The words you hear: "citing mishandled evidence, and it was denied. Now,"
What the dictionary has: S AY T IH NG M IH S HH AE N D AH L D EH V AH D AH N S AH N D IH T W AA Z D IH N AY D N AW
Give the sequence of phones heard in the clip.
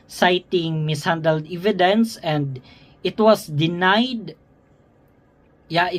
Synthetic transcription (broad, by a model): S AY T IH NG M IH S HH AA N D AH L D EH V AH D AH N S AH N D IH T W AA S D IH N AY D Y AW